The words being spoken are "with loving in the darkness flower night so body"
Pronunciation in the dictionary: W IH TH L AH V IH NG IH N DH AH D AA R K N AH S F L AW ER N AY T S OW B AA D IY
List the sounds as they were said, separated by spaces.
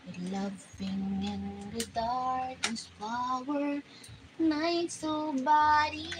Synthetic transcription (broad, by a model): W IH L AH V IH NG IH N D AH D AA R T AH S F AW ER N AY S OW B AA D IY